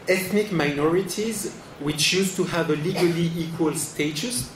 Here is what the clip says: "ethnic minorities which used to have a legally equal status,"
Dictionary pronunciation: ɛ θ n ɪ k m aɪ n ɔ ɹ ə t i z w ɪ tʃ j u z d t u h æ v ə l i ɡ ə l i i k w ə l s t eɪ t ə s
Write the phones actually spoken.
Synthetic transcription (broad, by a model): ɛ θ n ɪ k m aɪ n ɔ ɹ ə t i z w ɪ tʃ j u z t u h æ v ə l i ɡ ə l i i k w ə l s t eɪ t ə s